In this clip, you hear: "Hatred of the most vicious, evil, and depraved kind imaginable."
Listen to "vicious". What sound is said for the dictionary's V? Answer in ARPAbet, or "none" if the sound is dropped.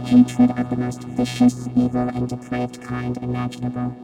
F